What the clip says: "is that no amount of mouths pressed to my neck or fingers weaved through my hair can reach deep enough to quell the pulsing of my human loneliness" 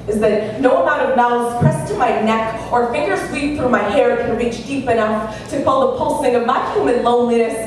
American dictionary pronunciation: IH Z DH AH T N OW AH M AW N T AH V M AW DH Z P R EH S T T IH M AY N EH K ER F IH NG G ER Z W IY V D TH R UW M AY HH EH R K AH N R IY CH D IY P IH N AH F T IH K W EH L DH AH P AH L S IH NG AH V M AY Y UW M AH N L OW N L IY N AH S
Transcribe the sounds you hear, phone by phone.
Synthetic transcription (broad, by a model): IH Z DH AH T N OW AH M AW T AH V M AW Z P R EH S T T IH M AY N EH K ER F IH NG G ER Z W IY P TH R UW M AY HH EH R K AH N R IY CH D IY P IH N AH F T IH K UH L DH AH P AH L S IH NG AH V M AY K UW M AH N L OW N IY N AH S